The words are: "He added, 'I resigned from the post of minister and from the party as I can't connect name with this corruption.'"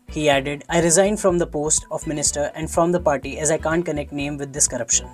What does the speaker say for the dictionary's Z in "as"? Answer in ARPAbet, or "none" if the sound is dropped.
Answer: Z